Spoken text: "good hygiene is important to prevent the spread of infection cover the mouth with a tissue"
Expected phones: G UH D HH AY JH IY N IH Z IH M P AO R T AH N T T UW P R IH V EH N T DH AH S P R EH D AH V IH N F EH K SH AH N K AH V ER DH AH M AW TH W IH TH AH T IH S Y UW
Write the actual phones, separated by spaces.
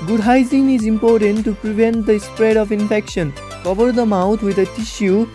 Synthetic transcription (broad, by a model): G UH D HH AY Z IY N IH Z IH M P AO R T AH N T T UW P R IH V EH N T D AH S P R EH D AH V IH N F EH K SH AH N K AH V ER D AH M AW T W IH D AH T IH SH Y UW